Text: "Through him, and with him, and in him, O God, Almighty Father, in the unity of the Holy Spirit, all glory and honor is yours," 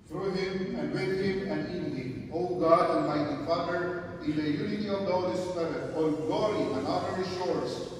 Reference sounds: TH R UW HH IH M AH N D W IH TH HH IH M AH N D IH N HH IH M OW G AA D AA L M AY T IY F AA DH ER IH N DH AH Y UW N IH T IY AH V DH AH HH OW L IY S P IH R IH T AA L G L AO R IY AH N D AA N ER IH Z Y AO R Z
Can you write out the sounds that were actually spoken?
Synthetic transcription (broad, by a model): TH R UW HH IH M AH N D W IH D HH IH M AH N D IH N HH IH M OW G AA D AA N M AY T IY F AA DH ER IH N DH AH Y UW N IH T IY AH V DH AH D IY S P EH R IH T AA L G L AO R IY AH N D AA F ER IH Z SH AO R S